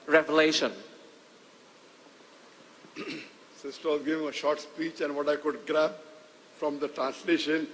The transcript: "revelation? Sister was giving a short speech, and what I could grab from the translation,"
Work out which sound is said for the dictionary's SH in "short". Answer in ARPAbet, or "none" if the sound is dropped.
SH